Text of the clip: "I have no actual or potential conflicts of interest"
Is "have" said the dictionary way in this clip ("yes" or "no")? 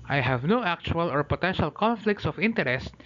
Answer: yes